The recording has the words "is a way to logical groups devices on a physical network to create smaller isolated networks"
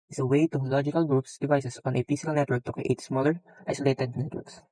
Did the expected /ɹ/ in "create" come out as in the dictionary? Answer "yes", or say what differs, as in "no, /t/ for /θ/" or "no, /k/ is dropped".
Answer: no, /ɹ/ is dropped